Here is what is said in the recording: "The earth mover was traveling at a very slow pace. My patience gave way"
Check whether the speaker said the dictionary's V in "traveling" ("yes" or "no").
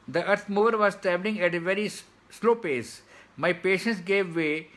no